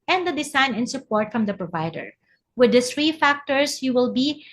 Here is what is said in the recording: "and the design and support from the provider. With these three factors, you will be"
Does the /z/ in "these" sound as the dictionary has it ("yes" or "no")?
no